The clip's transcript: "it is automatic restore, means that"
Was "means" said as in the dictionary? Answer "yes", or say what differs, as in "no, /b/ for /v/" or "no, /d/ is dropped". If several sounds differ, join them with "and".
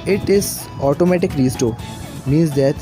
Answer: no, /n/ is dropped